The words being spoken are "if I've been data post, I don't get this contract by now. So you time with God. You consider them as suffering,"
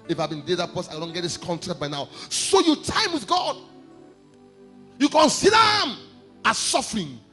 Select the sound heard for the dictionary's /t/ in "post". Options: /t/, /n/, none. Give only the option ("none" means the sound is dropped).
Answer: none